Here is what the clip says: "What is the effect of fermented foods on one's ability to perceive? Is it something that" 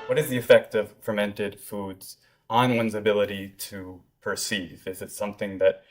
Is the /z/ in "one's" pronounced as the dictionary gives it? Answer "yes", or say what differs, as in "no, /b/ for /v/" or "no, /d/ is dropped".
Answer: yes